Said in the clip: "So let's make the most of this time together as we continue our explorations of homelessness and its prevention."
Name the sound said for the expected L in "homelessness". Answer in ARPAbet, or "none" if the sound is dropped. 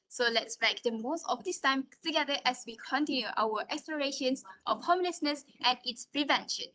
N